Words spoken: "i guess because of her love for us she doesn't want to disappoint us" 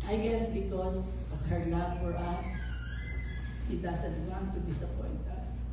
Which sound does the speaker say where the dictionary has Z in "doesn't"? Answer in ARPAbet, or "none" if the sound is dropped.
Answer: S